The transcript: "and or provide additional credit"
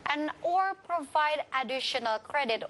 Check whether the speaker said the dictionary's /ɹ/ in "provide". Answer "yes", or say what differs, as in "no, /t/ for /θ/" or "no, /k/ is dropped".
yes